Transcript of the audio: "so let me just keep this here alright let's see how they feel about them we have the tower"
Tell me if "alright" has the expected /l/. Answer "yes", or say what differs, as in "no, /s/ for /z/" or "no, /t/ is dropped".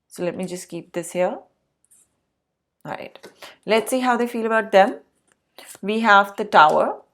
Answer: no, /l/ is dropped